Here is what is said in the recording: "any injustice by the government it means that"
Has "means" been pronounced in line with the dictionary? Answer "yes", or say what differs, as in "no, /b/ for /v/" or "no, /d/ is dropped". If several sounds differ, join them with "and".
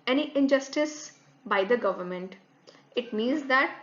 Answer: yes